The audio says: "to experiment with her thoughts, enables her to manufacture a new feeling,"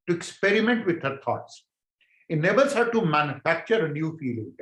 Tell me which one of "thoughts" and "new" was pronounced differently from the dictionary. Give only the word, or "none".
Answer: thoughts